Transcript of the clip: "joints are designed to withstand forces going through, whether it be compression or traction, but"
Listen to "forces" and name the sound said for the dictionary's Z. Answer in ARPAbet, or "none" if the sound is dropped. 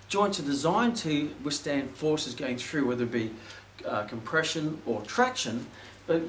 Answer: Z